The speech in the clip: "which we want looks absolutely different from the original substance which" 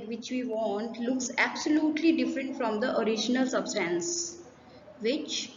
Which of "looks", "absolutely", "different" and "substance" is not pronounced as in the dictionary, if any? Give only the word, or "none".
none